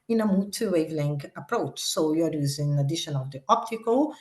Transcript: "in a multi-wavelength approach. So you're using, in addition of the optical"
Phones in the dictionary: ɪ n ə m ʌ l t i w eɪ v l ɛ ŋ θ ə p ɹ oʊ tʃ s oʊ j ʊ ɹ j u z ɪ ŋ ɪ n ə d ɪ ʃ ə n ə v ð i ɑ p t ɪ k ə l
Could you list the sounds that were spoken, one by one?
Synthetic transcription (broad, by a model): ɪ n ə m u t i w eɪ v l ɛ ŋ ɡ ə p ɹ oʊ tʃ s oʊ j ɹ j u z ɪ ɪ n ə d ɪ ʃ ə n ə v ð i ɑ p t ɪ k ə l